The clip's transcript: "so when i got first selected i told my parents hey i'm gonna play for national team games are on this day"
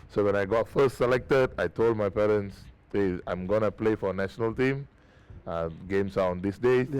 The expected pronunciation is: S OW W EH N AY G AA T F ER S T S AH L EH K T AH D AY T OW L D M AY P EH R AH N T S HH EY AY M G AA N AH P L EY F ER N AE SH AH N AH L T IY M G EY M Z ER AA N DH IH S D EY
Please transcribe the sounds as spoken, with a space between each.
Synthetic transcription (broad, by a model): S OW W EH N AY G AA T F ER S T S AH L EH K T AH D AY T OW L D M AY P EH R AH N S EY AY M G AA N AH P L EY F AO N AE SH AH N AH L T IY M G EY M S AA AA N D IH S D EY